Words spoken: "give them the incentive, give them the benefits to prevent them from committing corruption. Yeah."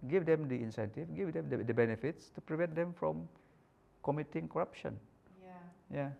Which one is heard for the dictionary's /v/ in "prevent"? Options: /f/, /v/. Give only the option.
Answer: /v/